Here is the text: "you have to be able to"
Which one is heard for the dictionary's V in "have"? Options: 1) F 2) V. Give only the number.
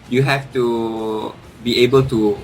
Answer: 1